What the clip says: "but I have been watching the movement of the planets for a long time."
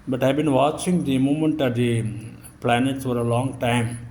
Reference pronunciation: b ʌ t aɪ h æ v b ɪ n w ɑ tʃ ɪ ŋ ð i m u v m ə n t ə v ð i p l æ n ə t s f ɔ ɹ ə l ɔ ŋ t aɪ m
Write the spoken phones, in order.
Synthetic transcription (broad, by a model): b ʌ t aɪ b ɪ n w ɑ tʃ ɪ ŋ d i m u m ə n t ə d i p l æ n ə t s f ɔ ɹ ə l ɔ ŋ t aɪ m